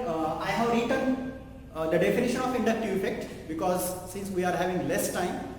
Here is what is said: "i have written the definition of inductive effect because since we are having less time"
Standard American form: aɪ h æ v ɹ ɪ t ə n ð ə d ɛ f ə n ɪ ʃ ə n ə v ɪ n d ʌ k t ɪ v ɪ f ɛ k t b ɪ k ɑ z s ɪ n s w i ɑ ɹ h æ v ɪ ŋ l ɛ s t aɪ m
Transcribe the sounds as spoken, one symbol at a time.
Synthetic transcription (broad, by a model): aɪ h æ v ɹ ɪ t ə n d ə d ɛ f ə n ɪ ʃ ə n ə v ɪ n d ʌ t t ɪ ɪ f ɛ k t b ɪ k ɑ z s ɪ n s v i ɑ ɹ h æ v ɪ ŋ l ɛ s t aɪ m